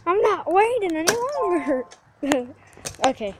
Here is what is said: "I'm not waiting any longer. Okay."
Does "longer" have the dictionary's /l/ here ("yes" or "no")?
no